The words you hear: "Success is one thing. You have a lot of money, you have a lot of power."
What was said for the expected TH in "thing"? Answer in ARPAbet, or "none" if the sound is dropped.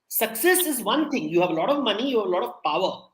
T